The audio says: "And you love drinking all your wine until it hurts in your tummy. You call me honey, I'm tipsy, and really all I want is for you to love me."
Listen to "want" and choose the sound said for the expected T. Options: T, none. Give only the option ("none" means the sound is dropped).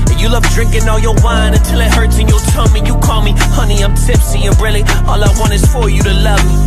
none